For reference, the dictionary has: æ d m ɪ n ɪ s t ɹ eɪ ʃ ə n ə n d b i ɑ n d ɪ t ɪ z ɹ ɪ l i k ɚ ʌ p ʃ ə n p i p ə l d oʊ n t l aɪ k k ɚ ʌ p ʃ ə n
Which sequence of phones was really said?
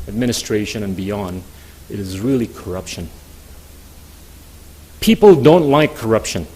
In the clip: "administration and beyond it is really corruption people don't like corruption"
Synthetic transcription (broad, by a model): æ d m ɪ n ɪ s t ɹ eɪ ʃ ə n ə n b i ɑ n d ɪ t ɪ z ɹ ɪ l i k ɚ ʌ p ʃ ə n p i p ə l d oʊ n t l aɪ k k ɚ ʌ p ʃ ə n